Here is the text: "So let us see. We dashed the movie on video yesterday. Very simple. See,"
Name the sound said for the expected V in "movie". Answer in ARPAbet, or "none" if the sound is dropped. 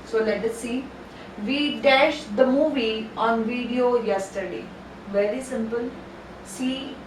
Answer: V